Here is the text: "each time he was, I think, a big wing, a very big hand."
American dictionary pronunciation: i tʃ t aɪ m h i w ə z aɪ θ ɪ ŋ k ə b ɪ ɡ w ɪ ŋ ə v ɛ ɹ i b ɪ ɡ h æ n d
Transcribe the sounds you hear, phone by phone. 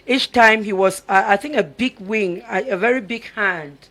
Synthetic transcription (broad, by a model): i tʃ t aɪ m h i w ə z aɪ θ ɪ ŋ k ə b ɪ ɡ w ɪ ŋ ə v ɛ ɹ i b ɪ ɡ h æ n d